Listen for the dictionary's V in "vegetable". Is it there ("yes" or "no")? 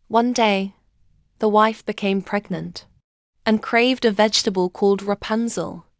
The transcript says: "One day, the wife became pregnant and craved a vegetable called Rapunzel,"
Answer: yes